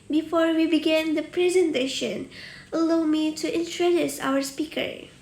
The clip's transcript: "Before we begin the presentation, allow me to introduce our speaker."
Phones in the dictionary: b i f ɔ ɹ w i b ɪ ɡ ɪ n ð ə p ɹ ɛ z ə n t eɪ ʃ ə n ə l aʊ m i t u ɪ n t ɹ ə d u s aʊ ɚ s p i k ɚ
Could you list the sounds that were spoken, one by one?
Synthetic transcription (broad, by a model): b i f ɔ ɹ w i b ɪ ɡ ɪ n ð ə p ɹ ɛ z ə n t eɪ ʃ ə n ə l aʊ m i t u ɪ n t ɹ ə d u s aʊ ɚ s p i k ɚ